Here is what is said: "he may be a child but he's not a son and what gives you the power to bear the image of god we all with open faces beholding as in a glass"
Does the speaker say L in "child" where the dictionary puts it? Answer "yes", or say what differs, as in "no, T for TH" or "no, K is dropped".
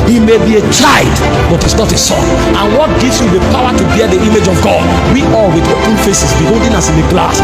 no, L is dropped